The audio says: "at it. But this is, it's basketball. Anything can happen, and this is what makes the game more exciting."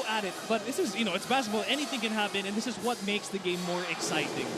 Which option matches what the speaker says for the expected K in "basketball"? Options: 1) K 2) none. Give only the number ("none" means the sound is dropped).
2